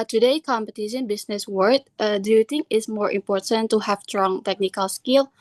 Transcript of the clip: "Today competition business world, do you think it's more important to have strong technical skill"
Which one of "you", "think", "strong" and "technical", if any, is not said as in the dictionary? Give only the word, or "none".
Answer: think